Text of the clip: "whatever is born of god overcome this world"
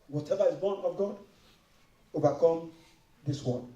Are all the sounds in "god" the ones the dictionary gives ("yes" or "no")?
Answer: yes